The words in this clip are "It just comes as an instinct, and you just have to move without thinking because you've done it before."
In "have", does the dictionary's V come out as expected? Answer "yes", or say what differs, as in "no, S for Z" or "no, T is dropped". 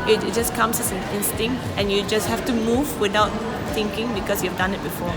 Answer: no, F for V